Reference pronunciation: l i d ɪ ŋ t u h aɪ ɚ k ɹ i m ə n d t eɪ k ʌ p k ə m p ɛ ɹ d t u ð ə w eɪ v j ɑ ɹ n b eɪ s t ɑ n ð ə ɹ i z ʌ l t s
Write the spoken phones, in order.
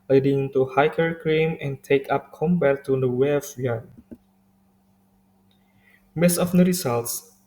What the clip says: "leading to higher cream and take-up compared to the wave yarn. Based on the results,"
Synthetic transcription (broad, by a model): l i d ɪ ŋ t u h aɪ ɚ k ɹ i m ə n t eɪ k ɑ p k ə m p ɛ t u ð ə w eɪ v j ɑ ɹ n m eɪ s ɑ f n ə ɹ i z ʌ l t s